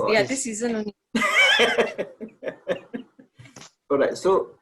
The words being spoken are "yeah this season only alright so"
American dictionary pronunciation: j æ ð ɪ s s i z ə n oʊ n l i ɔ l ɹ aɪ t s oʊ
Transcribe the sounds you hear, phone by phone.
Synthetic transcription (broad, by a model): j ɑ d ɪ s s i z ə n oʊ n i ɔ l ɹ aɪ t s oʊ